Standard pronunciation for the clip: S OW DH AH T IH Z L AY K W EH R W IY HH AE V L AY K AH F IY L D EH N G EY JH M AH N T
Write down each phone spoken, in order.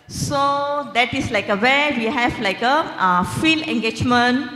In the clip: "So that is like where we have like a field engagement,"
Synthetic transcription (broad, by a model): S OW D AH T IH S L AY K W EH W IY HH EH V L AY K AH F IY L EH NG G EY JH M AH N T